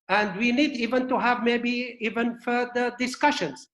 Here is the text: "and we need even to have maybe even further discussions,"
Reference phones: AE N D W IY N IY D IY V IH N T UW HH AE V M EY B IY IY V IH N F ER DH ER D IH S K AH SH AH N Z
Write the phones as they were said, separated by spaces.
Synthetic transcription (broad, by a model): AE N D W IY N IY D IY V IH N T UW HH AE V M EY B IY IY V IH N F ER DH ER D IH S K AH SH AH N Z